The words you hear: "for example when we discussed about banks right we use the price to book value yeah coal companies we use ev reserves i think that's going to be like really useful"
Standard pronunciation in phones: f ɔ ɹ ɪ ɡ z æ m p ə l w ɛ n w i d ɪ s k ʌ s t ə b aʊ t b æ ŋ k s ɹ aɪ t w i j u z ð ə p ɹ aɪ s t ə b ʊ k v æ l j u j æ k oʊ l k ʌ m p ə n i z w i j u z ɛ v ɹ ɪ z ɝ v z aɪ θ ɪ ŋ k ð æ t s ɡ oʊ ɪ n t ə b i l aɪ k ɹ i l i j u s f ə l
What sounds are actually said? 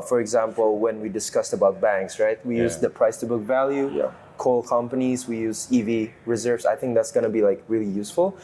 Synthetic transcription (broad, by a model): f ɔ ɹ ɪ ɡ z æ m p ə l w ɛ n w i d ɪ s k ʌ s t ə b aʊ t b æ ŋ k s ɹ aɪ t w i j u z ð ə p ɹ aɪ s t ə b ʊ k v æ l j u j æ k oʊ l k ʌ m p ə n i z w i j u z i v ɹ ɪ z ɝ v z aɪ θ ɪ ŋ k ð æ t s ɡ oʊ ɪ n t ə b i l aɪ k ɹ i l i j u s f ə l